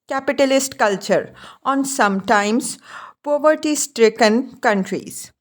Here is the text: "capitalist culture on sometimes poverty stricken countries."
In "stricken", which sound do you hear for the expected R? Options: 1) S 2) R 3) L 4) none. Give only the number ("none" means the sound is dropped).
2